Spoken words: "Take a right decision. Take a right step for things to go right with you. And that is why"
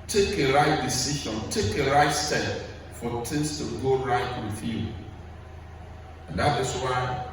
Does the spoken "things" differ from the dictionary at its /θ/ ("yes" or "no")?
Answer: yes